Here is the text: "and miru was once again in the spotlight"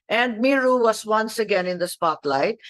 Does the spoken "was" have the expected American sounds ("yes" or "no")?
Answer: no